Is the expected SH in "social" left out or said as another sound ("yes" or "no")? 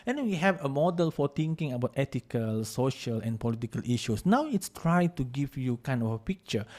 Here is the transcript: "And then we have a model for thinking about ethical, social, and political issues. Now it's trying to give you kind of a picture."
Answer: no